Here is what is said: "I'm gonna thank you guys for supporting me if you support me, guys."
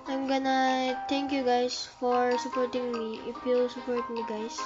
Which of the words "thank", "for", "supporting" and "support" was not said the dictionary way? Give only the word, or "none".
thank